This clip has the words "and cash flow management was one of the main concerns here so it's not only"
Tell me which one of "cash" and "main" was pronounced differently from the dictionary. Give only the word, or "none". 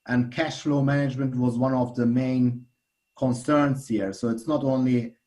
none